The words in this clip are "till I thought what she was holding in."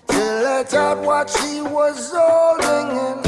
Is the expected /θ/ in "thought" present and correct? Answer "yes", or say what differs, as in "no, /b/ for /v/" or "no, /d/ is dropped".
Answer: no, /t/ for /θ/